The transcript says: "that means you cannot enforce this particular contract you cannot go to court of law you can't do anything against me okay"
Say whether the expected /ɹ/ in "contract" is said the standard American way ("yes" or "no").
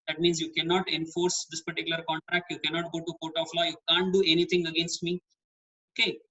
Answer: yes